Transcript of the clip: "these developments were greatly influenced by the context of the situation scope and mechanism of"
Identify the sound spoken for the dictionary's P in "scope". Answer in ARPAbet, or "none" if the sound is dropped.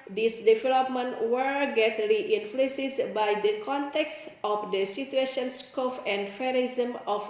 F